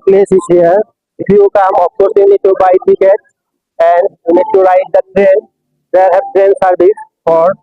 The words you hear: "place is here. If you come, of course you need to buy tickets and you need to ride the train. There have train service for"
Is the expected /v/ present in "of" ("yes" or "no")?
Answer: no